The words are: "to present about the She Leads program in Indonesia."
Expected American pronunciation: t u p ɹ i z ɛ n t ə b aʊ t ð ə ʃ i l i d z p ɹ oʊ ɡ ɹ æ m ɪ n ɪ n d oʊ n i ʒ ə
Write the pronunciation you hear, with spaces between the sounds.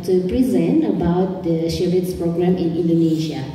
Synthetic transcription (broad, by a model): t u p ɹ i z ɛ n t ə b aʊ t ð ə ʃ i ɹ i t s p ɹ oʊ ɡ ɹ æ m ɪ n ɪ n d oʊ n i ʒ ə